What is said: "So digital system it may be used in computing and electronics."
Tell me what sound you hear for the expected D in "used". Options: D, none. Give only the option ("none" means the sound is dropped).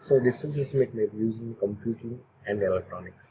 none